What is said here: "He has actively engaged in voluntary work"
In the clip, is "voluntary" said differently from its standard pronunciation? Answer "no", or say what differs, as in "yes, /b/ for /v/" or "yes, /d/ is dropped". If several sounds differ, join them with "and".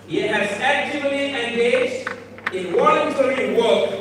yes, /w/ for /v/